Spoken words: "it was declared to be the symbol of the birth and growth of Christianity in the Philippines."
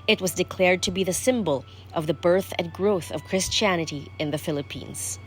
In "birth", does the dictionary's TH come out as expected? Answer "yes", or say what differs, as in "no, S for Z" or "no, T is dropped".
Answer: yes